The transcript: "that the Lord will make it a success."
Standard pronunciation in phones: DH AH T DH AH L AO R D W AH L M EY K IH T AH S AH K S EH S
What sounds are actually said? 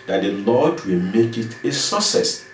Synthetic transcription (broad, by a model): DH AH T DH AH L AO D W AH L M EY K IH T AH S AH S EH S